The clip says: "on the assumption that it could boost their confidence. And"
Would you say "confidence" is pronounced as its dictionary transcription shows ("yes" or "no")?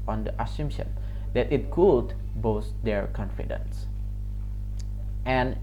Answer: yes